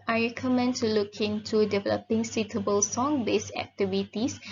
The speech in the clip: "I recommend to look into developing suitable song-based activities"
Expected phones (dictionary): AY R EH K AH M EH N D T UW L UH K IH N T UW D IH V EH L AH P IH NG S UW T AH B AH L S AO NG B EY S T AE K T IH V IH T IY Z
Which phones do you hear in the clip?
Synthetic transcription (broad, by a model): AY R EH K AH M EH N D T UW L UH K IH N T UW D IH V EH L AH P IH NG S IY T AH B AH L S AO NG B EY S AE K T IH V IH T IY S